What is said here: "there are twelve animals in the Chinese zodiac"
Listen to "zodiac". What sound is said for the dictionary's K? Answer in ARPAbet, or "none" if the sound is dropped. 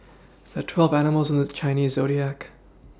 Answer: K